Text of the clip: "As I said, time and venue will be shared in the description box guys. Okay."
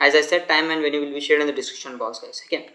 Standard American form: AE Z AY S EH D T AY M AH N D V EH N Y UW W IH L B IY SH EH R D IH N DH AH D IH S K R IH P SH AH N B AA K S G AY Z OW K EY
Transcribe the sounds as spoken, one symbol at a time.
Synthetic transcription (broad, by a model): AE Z AY S EH D T AY M AH N D V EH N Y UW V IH L B IY SH EH R D IH N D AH D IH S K IH SH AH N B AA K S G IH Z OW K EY